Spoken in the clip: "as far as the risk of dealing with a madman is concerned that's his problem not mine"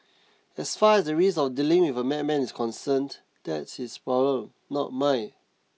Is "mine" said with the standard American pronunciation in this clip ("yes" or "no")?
no